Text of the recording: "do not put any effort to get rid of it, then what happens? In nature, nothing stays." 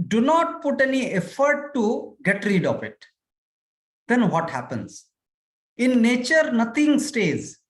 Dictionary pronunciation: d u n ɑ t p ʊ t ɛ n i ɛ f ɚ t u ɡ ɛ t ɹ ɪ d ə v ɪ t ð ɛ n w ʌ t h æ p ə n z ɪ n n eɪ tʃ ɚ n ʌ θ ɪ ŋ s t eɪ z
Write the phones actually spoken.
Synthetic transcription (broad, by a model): d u n ɑ t p ʊ t ɛ n i ɛ f ɚ t u ɡ ɛ t ɹ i d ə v ɪ t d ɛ n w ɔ t h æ p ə n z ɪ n n eɪ tʃ ɚ n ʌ t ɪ ŋ s t eɪ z